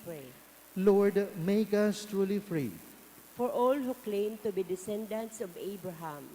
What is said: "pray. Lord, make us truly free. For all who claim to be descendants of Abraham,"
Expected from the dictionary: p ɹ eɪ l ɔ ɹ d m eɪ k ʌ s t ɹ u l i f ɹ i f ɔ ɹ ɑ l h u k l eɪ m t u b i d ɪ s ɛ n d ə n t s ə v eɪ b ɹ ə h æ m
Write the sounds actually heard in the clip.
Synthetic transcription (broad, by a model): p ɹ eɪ l ɔ ɹ d m eɪ k ʌ s t ɹ u l i f ɹ i f ɔ ɹ ɑ l h u k l eɪ m t u b i d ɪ s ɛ n d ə n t s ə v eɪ b ɹ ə h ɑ m